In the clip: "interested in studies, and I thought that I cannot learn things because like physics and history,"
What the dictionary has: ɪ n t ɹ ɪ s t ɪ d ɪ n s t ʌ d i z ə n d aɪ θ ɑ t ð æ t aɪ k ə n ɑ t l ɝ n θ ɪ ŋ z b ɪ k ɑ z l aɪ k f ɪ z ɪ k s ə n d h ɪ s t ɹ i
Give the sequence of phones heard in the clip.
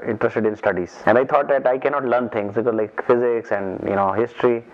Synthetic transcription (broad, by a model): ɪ n t ɹ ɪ s t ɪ d ɪ n s t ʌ d i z ə n d aɪ t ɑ t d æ t aɪ k ə n ɑ t l ɝ n t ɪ ŋ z b ɪ k ɑ z l aɪ k f ɪ z ɪ k s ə n d h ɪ s t ɹ i